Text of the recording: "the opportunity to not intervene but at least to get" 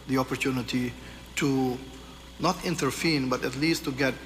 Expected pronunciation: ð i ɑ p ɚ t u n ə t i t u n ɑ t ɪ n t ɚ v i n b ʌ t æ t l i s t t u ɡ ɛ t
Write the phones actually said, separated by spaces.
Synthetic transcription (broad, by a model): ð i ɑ p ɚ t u n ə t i t u n ɑ t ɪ n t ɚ f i n b ʌ t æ t l i s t t u ɡ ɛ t